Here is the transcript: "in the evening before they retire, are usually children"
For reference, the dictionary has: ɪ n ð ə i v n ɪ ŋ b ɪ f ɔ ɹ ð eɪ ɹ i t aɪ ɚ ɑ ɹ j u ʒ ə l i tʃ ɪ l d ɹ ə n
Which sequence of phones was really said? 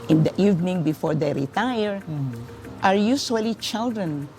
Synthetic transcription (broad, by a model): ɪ n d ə i v n ɪ ŋ b ɪ f ɔ ɹ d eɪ ɹ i t aɪ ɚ ɑ ɹ j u s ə l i tʃ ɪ l d ɹ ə n